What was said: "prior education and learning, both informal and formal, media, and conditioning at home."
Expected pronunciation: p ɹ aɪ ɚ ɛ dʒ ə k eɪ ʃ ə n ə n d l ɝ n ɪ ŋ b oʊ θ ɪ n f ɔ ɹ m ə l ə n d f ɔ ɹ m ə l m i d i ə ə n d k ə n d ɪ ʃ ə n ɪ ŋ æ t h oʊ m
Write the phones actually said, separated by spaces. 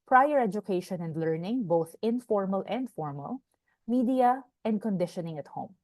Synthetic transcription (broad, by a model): p ɹ aɪ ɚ ɛ dʒ ə k eɪ ʃ ə n ə n d l ɝ n ɪ ŋ b oʊ θ ɪ n f ɔ ɹ m ə l ə n d f ɔ ɹ m ə l m i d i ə ə n d k ə n d ɪ ʃ ə n ɪ ŋ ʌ t h oʊ m